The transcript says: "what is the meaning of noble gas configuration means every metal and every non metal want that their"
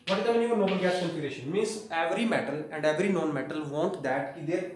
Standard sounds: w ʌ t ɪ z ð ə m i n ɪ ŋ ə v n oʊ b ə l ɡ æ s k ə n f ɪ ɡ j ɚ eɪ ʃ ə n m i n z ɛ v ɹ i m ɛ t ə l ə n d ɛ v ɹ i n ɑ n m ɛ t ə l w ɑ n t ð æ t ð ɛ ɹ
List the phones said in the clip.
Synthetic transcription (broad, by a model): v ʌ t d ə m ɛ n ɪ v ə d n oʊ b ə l ɡ æ s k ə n p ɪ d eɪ ʃ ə n m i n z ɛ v ɹ i m ɛ t ə l ə n d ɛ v ɹ i n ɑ n m ɛ t ə l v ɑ n t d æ t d ɛ ɹ